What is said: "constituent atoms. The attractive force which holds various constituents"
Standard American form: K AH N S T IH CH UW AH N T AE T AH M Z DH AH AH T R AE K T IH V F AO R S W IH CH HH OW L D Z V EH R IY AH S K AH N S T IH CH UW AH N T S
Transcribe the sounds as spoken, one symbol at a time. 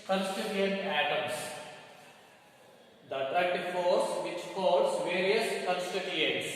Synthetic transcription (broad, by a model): K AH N S T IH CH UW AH N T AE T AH M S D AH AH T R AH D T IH F AO R S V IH CH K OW D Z V EH R IY AH S K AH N S T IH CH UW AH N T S